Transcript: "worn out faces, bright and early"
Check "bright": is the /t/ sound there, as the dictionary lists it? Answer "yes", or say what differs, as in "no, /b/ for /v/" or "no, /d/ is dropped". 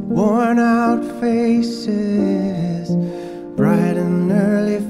yes